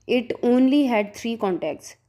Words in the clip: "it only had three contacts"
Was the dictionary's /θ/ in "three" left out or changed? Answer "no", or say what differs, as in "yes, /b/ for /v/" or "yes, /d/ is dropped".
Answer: yes, /t/ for /θ/